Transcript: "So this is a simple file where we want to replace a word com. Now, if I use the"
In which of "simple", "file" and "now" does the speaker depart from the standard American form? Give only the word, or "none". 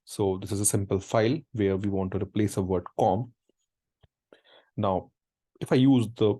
none